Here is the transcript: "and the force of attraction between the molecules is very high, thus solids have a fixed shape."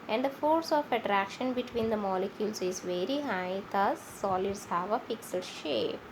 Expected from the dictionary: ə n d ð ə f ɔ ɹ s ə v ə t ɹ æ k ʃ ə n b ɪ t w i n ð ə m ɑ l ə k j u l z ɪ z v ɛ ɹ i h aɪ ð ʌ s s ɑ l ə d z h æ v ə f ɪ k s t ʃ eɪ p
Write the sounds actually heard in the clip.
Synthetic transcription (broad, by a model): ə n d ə f ɔ ɹ s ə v ə t ɹ æ k ʃ ə n b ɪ t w i n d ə m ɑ l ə k j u l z ɪ z v ɛ ɹ i h aɪ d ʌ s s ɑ l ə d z h æ v ə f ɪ k s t ʃ eɪ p